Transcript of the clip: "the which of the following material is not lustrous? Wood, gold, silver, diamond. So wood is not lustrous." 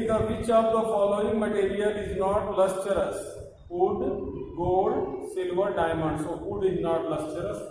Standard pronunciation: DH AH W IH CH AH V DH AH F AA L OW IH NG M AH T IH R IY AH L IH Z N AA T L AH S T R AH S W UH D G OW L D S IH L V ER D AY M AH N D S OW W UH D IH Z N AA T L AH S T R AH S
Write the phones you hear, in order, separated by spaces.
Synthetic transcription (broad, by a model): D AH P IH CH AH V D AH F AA L OW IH NG M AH T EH R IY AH L IH Z N AA T L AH S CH R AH S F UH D G OW D S IH L V ER D AY M AH N D S OW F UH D IH Z N AA T L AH S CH R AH S